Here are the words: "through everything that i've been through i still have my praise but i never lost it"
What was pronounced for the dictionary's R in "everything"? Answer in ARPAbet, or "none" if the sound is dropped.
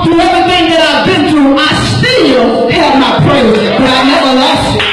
none